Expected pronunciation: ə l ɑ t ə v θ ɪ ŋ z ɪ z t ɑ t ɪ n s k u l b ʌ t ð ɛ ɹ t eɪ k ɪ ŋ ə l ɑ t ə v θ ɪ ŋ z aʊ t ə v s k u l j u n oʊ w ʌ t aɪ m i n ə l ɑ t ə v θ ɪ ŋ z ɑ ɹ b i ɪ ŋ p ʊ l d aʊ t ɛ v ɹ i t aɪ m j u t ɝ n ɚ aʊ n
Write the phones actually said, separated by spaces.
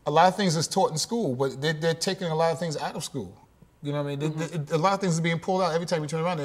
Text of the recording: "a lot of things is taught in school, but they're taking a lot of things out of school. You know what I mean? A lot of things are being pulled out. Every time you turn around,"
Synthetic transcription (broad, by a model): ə l ɑ t ə v θ ɪ ŋ z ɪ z t ɑ t n s k u l b ʌ t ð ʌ ɹ t eɪ k ɪ ŋ ə l ɑ t ə v θ ɪ ŋ z aʊ t ə v s k u l j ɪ n oʊ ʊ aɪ m i n ə l ɑ t ə v θ ɪ ŋ z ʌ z b i ɪ ŋ p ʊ l d aʊ t ɛ v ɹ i t aɪ m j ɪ t ɝ n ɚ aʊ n